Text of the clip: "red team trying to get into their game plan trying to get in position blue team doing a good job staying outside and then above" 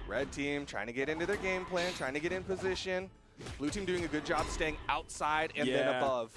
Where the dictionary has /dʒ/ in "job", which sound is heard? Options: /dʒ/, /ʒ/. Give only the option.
/dʒ/